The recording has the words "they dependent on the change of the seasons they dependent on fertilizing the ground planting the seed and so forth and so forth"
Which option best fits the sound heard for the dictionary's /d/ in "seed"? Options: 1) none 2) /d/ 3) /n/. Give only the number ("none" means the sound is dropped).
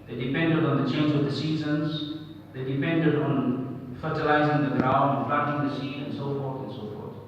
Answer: 1